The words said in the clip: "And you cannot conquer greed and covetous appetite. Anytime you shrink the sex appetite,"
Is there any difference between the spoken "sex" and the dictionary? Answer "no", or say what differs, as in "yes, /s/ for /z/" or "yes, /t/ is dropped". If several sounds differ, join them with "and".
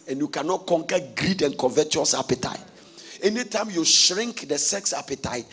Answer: no